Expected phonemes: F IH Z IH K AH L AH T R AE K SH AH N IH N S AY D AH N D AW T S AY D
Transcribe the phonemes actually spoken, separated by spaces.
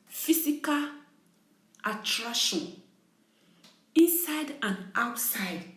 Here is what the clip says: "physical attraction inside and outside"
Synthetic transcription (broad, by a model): F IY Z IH K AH L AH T R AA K SH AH N IH N S AY D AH N AW T S AY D